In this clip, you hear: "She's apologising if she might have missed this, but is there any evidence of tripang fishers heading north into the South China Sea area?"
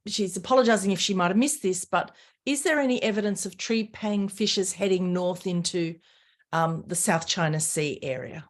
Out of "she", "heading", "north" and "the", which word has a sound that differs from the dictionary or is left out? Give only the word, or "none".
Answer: none